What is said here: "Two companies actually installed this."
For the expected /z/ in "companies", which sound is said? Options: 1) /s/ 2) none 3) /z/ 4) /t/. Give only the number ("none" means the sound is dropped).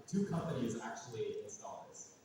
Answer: 3